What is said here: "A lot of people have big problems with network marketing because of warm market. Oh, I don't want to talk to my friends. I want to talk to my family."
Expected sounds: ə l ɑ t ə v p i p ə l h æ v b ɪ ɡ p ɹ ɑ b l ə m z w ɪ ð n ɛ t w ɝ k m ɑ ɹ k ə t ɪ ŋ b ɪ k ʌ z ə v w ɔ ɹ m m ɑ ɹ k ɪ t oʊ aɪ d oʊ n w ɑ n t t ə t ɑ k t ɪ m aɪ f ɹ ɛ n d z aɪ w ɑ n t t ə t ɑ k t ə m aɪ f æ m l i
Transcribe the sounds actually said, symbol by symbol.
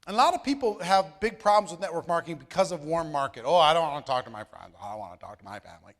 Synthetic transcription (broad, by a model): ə l ɑ t ə v p i p l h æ v b ɪ ɡ p ɹ ɑ b l ə m z w ɪ ð n ɛ t w ɝ k m ɑ ɹ k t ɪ ŋ b ɪ k ʌ z ə v w ɔ ɹ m m ɑ ɹ k ɪ t oʊ aɪ d oʊ n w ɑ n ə t ɑ k t ɪ m aɪ f ɹ ɛ n d z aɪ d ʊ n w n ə t ɑ k t ə m aɪ f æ m l i